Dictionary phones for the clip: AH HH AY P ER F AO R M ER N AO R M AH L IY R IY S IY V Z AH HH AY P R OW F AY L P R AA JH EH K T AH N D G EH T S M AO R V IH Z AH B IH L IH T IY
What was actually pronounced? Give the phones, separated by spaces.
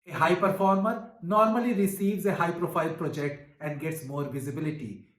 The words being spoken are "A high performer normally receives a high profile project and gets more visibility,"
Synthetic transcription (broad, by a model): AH HH AY P ER F AO R M ER N AO R M AH L IY R IY S IY V Z AH HH AY P R OW F AY L P R AA JH EH K T AH N D G EH T S M AO R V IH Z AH B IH L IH T IY